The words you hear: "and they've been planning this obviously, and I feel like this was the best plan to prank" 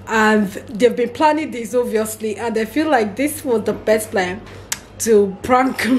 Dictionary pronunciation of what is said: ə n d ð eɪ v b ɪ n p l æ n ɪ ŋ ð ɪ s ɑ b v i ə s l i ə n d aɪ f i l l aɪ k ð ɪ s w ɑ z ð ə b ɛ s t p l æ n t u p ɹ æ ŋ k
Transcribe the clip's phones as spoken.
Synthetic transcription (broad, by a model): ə n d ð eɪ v b ɪ n p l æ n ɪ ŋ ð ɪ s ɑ v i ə s l i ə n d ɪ f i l l aɪ k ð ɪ s w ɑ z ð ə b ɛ s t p l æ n t u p ɹ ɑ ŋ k